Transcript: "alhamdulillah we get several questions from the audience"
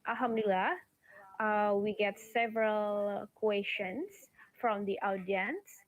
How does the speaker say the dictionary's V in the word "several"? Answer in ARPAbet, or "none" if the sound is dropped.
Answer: V